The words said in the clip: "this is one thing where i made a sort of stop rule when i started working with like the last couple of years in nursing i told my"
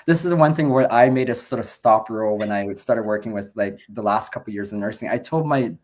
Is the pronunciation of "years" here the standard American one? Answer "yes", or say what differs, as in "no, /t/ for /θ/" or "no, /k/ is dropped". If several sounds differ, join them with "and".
yes